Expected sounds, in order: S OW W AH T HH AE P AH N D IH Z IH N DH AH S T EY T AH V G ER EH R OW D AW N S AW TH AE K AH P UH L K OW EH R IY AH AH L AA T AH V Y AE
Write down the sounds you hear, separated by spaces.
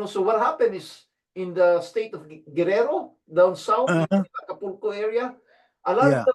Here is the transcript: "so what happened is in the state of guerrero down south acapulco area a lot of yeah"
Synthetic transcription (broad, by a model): S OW W AH T HH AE P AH N IH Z IH N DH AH S T EY T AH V G ER EH R OW D AW N S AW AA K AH P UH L K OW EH R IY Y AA T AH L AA